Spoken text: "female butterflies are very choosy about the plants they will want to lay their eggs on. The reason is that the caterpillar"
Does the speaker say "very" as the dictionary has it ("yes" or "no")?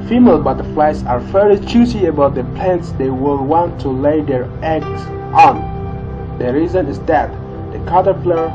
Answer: no